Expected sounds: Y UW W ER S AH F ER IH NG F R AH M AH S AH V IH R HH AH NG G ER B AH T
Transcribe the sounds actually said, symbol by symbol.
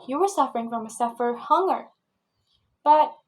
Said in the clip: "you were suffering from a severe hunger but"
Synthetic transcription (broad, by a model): Y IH W ER S AH F ER IH NG F R AH M AH S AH F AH R HH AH NG ER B AH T